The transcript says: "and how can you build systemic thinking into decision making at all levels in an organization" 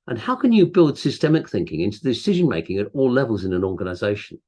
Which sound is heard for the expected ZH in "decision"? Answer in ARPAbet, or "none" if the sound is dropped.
ZH